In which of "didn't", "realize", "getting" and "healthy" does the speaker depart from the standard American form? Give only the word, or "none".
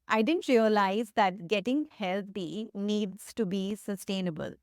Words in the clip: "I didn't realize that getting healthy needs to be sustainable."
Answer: healthy